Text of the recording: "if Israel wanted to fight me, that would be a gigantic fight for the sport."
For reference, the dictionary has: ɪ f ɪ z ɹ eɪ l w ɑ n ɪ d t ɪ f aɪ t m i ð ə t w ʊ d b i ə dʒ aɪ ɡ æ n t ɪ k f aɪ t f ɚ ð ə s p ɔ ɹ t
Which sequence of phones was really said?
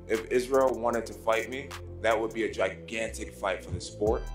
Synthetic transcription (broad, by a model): ɪ f ɪ z ɹ eɪ l w ɑ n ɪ d t ɪ f aɪ t m i ð ə t w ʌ d b i ə dʒ aɪ ɡ æ n t ɪ k f aɪ t f ɚ ð ə s p ɔ ɹ t